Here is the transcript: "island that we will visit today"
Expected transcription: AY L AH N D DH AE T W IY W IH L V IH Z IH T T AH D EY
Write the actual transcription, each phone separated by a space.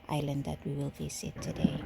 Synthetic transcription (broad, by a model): AY L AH N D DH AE T W IY W IH L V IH S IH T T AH D EY